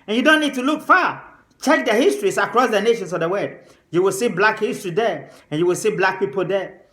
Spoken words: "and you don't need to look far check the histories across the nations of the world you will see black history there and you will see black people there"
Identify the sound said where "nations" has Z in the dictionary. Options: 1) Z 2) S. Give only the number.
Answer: 2